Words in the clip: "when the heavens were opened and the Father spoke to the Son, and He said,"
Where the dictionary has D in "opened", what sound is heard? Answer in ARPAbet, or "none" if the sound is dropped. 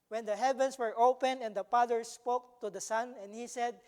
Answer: none